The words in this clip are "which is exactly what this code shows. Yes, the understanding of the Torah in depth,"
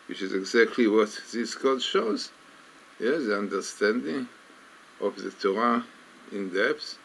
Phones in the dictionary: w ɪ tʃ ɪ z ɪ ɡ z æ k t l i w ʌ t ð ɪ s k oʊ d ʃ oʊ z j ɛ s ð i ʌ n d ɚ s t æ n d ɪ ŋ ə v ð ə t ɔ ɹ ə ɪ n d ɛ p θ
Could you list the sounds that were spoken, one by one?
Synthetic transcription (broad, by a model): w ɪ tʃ ɪ z ɪ ɡ z æ k t l i w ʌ t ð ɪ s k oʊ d ʃ oʊ z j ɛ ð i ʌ n d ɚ s t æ n d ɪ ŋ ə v ð ə t ɔ ɹ ə ɪ n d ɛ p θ